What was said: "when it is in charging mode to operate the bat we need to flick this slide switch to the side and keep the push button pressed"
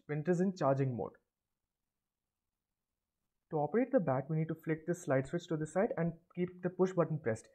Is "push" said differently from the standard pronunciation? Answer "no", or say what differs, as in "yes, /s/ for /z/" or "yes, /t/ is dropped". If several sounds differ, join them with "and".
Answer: no